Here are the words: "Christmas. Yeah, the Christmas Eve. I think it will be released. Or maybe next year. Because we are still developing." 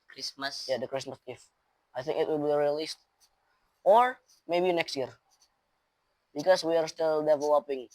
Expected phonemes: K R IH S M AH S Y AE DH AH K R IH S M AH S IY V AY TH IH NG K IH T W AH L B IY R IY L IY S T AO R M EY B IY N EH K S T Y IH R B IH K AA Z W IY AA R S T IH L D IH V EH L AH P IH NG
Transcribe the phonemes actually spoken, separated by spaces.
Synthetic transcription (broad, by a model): K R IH S M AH S Y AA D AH K R IH S M AH S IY F AY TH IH NG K IH T W AH L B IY R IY L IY S T AO R M EY B IY N EH K S T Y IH R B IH K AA S W IY AA R S T IH L D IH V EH L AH P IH NG